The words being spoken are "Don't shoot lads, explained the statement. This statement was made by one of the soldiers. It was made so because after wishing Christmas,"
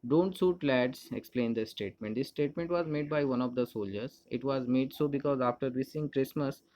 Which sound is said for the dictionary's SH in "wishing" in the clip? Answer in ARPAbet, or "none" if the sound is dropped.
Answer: S